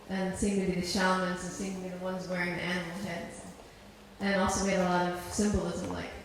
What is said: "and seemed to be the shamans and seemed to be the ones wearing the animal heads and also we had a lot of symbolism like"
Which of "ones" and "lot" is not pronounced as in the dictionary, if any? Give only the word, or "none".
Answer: none